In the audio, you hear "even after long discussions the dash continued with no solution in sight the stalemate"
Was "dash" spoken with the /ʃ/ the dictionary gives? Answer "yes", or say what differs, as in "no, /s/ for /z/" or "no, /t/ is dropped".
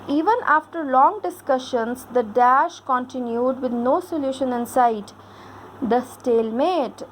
yes